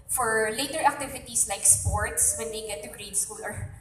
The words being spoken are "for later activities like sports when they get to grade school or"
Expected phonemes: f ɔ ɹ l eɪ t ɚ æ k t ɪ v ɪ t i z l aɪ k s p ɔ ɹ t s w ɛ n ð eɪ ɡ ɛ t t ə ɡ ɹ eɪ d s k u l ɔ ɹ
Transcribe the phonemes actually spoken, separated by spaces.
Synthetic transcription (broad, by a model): f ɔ ɹ l eɪ t ɚ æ k t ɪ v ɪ t i s l aɪ k s p ɔ ɹ t s w ɛ n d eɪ ɡ ɛ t t ə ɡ ɹ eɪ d s k u l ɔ ɹ